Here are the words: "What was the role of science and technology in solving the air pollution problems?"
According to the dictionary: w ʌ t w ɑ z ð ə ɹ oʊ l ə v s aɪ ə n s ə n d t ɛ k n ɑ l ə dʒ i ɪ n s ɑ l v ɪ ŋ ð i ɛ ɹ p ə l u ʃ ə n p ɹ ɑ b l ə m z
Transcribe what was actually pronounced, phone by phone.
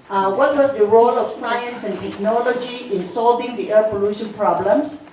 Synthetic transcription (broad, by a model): w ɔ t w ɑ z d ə ɹ oʊ l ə f s aɪ ə n s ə n t ɛ k n ɑ l ə dʒ i ɪ n s ɑ l v ɪ ŋ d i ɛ p ə l u ʃ ə n p ɹ ɑ b l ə m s